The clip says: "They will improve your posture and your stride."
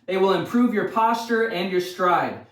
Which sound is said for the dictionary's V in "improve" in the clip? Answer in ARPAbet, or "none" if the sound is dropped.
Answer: V